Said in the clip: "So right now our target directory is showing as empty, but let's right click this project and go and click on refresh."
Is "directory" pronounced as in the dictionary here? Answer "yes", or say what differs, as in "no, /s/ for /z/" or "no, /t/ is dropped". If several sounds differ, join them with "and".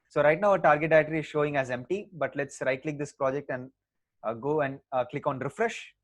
no, /k/ is dropped